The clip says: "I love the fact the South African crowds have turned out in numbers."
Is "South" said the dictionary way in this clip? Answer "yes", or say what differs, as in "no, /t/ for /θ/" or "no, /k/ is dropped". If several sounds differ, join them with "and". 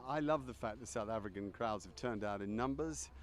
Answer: yes